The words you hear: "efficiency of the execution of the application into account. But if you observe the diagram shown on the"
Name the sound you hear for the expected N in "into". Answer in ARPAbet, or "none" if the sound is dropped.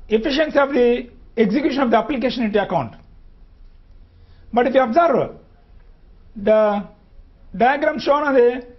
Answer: none